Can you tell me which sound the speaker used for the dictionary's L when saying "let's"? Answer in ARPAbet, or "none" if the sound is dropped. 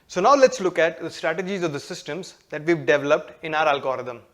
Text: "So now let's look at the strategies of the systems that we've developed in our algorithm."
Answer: L